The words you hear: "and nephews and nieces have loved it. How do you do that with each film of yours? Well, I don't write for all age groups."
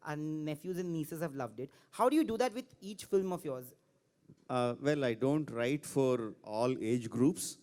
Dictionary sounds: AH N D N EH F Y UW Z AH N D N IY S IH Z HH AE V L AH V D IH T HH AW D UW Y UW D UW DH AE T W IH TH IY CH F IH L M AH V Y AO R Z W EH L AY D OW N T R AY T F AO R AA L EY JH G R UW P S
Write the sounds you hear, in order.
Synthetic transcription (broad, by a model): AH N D N EH F Y UW Z AH N D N IY S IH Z HH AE V L AH V D IH T HH AW D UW Y UW D UW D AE T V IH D IY CH F IH L M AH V Y AO R Z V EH L AY D OW N T R AY T F AO R AA L EY JH G R UW P S